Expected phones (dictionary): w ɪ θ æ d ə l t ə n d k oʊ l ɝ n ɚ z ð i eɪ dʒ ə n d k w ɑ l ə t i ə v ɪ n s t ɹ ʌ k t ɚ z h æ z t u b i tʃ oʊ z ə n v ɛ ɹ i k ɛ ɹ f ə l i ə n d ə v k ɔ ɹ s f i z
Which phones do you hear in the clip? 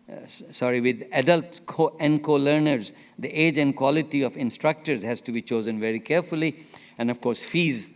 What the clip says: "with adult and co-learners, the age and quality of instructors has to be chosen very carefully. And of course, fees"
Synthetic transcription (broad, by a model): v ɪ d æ d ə l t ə n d k oʊ l ɝ n ɚ z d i eɪ dʒ ə n d k w ɑ l ə t i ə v ɪ n s t ɹ ʌ k t ɚ z h æ z t u b i tʃ oʊ z ə n v ɛ ɹ i k ɛ ɹ f ə l i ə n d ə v k ɔ ɹ s f i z